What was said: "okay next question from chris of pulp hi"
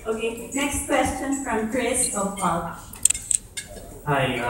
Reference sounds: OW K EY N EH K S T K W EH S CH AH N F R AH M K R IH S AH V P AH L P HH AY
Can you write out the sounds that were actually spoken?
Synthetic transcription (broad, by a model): OW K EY N EH K S T K W EH S CH AH N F R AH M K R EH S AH P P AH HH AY